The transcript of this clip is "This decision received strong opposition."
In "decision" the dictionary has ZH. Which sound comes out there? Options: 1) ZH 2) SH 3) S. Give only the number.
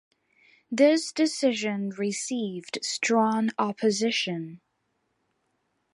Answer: 1